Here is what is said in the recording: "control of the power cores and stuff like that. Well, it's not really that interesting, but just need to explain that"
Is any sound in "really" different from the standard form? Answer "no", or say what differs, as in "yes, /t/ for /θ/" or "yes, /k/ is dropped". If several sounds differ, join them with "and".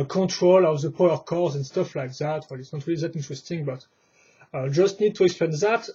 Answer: no